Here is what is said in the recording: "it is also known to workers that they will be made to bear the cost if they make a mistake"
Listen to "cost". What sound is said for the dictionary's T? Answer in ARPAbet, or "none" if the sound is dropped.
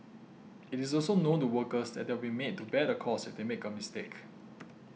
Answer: none